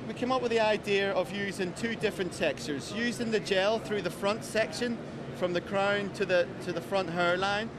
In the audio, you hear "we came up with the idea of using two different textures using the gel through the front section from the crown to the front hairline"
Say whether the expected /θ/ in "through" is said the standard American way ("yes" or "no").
yes